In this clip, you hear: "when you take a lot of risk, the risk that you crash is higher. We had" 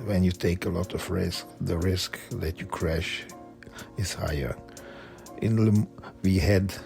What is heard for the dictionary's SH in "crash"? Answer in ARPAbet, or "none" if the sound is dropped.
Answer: SH